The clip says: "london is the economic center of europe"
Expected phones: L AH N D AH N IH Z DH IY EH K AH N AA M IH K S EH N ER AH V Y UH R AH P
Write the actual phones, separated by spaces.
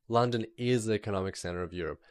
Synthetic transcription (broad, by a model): L AH N D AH N IH Z DH IY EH K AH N AA M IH K S EH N ER AH V Y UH R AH P